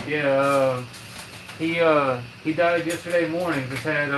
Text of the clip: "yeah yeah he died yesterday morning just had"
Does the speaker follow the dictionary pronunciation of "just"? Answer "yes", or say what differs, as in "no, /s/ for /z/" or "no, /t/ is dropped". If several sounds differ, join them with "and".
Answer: no, /z/ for /dʒ/